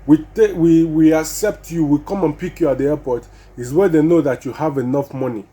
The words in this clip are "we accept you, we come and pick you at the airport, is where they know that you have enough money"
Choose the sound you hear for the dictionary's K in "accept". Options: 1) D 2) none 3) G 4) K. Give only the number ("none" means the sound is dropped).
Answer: 4